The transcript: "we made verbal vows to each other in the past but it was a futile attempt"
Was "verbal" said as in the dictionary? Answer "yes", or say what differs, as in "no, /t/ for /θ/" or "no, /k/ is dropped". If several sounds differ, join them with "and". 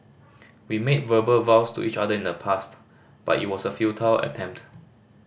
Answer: yes